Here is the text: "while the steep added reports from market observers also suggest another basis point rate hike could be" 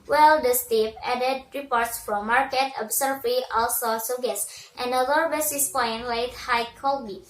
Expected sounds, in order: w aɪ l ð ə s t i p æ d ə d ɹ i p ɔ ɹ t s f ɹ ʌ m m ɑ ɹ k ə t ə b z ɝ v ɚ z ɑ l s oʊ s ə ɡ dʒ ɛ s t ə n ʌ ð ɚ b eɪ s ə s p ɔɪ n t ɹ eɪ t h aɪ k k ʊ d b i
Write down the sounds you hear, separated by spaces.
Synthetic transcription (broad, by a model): w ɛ l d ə s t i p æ d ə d ɹ i p ɔ ɹ t s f ɹ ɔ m m ɑ ɹ k ə t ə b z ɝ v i ɑ l s oʊ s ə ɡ ɛ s t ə n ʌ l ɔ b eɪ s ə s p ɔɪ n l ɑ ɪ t h aɪ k k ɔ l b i